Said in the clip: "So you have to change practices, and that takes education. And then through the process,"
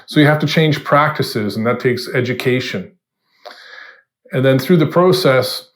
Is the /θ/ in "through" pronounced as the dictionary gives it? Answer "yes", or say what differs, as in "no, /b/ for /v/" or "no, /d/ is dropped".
yes